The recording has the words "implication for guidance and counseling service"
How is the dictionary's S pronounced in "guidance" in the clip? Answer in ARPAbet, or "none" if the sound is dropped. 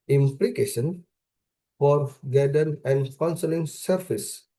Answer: none